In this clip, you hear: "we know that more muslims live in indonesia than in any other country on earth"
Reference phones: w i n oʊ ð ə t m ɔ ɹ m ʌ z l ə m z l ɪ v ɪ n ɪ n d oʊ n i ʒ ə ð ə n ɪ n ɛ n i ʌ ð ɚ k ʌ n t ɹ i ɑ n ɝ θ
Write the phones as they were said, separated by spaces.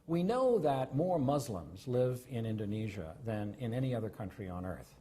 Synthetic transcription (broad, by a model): w i n oʊ ð ə t m ɔ ɹ m ʌ z l ə m z l ɪ v ɪ n ɪ n d oʊ n i ʒ ə ð ə n ɪ n ɛ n i ʌ ð ɚ k ʌ n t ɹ i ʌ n ɝ θ